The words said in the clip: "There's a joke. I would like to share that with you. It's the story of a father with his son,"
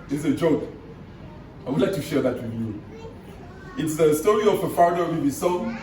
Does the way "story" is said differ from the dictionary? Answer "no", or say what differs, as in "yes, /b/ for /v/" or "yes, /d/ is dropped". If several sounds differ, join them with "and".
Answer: no